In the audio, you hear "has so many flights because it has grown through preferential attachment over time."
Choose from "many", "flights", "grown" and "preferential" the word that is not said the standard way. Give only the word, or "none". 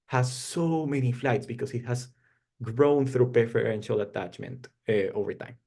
preferential